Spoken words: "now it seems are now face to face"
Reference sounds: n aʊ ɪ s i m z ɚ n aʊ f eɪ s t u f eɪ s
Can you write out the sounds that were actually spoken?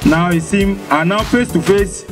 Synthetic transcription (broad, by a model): n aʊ ɪ s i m ɑ n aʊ f eɪ s t u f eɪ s